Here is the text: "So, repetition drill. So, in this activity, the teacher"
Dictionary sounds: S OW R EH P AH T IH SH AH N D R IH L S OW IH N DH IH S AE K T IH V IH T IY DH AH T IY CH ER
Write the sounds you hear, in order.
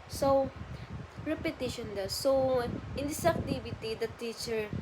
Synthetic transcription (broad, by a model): S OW R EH P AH T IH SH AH N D AH S OW IH N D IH S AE K T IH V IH T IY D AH T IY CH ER